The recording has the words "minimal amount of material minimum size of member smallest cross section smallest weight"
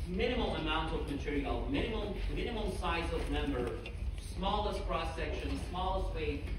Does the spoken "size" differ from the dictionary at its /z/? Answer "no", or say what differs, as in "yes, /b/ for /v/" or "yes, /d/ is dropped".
no